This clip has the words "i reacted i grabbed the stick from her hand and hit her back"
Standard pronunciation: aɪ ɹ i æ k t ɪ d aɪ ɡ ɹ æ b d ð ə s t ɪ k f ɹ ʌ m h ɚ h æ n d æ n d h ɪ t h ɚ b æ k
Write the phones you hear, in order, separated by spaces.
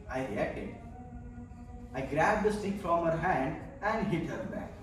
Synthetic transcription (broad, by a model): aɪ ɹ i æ t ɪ aɪ ɡ ɹ æ b d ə s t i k f ɹ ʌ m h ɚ h æ n d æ n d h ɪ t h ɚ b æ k